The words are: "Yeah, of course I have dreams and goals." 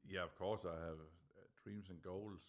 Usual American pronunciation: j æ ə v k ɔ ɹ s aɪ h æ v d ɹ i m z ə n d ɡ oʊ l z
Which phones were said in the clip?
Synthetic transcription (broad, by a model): j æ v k ɔ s aɪ h æ v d ɹ i m s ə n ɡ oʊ l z